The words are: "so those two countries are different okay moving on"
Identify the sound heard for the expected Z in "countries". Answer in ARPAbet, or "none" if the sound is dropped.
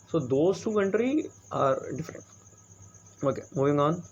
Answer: none